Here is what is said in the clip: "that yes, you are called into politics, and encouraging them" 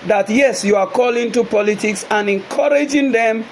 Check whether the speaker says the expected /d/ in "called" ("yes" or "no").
no